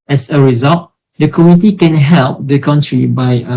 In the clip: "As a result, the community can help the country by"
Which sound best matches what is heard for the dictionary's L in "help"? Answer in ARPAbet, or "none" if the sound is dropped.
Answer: L